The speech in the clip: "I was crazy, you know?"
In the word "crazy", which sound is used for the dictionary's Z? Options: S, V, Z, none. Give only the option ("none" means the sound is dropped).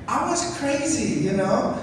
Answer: Z